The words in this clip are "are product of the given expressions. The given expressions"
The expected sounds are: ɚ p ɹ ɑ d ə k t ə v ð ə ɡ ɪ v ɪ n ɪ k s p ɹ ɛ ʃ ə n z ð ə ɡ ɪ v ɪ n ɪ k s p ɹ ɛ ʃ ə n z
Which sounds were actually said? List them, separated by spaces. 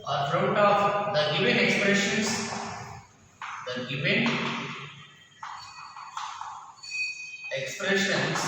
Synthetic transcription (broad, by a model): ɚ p ɹ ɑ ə t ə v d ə ɡ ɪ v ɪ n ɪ k s p ɹ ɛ ʃ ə n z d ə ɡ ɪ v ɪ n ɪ k s p ɹ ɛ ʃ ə n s